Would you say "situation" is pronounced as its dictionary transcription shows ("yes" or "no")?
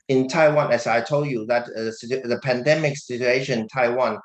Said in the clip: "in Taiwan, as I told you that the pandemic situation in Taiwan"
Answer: no